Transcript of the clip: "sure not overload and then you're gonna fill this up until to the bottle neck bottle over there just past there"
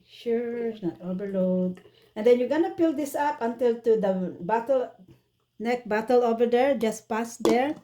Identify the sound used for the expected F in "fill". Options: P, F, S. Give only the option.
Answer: P